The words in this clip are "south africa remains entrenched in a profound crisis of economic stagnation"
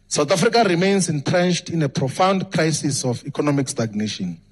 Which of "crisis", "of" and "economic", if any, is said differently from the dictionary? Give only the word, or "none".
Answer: of